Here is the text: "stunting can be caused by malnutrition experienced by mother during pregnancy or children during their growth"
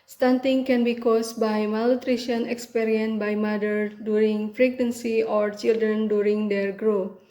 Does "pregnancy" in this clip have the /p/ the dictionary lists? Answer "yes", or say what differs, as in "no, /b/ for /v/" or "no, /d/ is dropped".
no, /f/ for /p/